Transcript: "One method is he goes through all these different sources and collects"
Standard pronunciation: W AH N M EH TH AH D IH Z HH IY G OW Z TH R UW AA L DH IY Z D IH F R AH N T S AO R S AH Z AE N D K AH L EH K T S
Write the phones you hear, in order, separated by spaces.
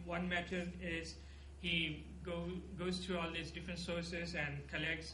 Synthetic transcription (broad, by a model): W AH N M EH T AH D IH Z HH IY G OW Z T R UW AA L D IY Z D IH F R AH N T S AO R S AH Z AE N D K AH L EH K T S